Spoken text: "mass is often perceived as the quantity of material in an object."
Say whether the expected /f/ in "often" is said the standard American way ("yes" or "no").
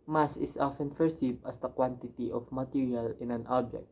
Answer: yes